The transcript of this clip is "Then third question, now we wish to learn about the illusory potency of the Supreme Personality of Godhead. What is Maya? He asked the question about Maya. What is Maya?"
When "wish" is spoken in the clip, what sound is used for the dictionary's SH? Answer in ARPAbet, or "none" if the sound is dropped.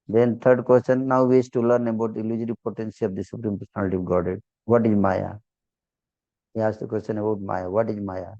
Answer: S